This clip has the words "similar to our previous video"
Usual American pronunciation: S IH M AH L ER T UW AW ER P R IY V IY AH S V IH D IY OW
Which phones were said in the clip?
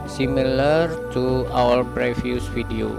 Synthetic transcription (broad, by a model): S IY M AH L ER T UW AW ER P R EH F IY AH S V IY D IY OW